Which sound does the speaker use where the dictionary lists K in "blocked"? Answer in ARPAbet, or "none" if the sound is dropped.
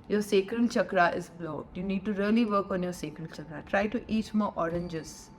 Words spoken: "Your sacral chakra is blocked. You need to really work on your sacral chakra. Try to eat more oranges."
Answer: none